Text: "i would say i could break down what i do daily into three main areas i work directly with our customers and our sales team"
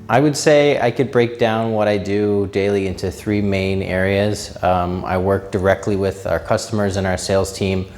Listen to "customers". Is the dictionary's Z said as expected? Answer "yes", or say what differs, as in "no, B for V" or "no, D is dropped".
yes